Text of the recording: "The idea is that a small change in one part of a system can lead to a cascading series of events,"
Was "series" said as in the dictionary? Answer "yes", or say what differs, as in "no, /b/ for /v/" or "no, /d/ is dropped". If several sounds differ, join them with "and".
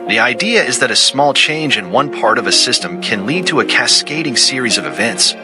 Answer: yes